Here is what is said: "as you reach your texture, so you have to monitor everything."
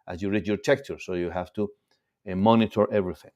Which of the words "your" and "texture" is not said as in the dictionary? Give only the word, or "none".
texture